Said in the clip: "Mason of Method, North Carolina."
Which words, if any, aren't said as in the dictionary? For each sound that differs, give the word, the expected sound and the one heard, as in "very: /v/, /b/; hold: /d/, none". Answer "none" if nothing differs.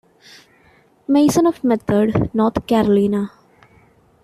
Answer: method: /θ/, /t/; north: /θ/, /t/